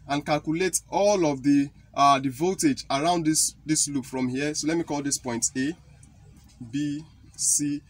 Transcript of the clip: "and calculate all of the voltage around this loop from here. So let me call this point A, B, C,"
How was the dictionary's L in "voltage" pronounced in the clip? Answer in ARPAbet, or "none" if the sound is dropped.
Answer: none